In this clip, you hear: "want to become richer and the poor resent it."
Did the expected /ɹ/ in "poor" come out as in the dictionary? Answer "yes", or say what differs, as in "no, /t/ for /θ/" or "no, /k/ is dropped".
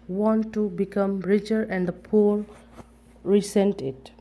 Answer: no, /l/ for /ɹ/